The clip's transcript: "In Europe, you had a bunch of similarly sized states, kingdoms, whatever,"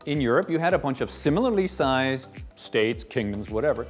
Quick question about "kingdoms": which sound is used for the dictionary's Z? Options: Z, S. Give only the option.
Z